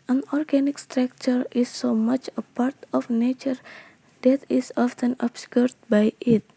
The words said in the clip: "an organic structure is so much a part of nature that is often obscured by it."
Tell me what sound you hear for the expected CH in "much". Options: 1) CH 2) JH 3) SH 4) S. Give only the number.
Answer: 1